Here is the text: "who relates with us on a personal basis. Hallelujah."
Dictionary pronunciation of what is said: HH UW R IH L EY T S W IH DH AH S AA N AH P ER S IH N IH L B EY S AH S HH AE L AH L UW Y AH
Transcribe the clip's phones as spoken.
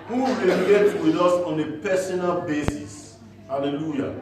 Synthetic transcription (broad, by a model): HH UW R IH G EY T W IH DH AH S AA N AH P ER S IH N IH L B EY S AH S HH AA L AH L UW Y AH